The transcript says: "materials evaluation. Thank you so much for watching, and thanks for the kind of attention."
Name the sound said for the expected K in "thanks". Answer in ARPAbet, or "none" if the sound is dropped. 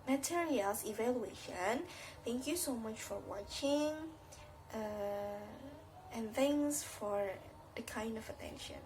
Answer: none